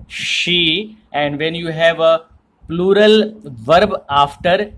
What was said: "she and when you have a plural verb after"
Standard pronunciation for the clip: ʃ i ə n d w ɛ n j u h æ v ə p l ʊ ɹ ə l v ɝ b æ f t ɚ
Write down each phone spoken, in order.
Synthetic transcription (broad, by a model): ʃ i ə n d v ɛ n j u h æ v ə p l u ɹ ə l v ɝ b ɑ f t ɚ